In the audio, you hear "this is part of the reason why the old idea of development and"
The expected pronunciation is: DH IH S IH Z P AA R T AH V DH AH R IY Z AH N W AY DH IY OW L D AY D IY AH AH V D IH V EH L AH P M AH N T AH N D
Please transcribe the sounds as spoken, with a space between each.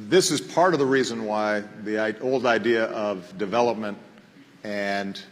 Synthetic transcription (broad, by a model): DH IH S IH Z P AA R T AH V DH AH R IY Z AH N W AY DH IY OW L D AY D IY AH AH V D IH V EH L AH P M AH N T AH N